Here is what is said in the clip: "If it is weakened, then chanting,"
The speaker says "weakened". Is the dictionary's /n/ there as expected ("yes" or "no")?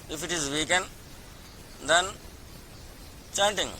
yes